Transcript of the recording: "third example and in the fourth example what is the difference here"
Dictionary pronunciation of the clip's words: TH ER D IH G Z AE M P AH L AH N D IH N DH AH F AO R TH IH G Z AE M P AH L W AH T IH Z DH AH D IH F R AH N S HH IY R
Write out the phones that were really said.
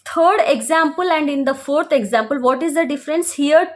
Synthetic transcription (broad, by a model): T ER D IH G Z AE M P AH L AH N D IH N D AH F AO R T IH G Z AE M P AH L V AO T IH Z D AH D IH F R AH N S HH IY R